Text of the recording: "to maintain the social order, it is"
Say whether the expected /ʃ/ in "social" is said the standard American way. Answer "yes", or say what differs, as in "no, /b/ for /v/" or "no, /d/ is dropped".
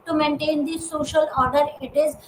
yes